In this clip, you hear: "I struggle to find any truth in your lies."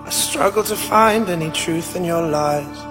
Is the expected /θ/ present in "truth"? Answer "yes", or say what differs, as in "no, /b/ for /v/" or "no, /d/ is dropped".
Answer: yes